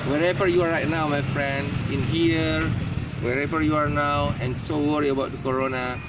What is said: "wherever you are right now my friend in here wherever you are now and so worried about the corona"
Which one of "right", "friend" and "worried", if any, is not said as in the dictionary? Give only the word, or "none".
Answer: worried